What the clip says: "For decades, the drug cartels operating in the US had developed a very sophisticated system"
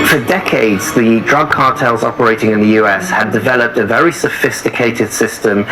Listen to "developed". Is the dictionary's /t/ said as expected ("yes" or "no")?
yes